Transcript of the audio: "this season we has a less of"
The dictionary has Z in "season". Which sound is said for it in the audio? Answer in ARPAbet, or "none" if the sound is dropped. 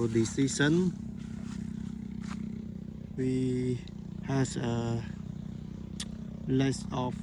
S